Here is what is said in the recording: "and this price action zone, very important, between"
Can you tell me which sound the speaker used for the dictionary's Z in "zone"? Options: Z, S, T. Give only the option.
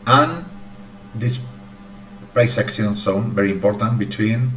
S